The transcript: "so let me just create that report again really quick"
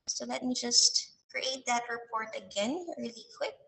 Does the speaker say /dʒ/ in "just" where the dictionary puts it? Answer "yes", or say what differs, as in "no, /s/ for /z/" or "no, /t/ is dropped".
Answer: yes